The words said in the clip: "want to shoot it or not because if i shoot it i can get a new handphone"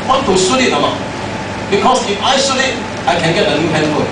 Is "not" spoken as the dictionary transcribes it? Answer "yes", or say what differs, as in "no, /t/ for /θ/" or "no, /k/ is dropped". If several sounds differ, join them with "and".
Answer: no, /l/ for /n/